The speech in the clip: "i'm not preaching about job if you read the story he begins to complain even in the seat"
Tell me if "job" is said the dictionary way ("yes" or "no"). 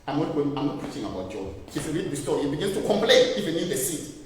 no